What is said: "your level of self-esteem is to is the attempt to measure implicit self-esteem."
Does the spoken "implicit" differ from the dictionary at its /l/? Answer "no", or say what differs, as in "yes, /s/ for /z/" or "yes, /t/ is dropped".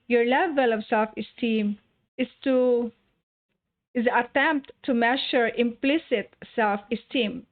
no